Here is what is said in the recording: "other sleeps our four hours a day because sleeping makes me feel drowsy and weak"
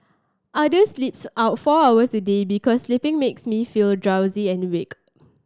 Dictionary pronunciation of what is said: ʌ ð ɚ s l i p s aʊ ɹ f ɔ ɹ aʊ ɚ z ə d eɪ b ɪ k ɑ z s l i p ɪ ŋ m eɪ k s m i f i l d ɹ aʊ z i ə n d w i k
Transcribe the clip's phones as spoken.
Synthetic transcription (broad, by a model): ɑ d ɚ s l i p s aʊ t f ɔ aʊ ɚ s ə d eɪ b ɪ k ɑ s l i p ɪ ŋ m eɪ k s m i f i l d ɹ aʊ z i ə n w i k